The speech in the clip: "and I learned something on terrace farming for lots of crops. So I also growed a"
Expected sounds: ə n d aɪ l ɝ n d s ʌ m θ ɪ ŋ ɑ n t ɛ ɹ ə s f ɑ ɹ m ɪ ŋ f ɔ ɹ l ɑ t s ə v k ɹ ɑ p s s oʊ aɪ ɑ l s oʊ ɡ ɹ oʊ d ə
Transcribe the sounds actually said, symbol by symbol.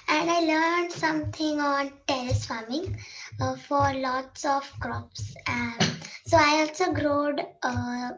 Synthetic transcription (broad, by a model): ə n d aɪ l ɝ n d s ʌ m t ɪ ŋ ɑ n t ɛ l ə s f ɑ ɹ m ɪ ŋ f ɔ ɹ l ɑ t s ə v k ɹ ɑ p s s oʊ aɪ ɑ l s oʊ ɡ ɹ oʊ d